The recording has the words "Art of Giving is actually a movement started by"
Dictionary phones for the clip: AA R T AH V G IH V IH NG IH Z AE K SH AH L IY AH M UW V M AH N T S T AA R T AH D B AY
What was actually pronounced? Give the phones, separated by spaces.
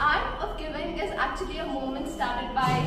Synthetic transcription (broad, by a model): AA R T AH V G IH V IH NG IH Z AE K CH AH L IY AH M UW M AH N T S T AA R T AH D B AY